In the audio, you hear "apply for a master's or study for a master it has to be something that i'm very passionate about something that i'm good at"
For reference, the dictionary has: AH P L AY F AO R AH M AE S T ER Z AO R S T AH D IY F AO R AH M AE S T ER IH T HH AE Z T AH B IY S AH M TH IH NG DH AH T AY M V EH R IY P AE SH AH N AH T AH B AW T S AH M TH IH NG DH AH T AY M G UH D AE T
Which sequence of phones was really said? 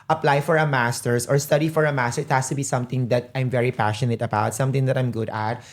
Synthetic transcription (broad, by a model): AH P L AY F AO R AH M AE S T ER S AO R S T AH D IY F AO R AH M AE S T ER IH T HH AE S T AH B IY S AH M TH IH NG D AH T AY M V EH R IY P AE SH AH N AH T AH B AW T S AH M T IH NG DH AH T AY M G UH D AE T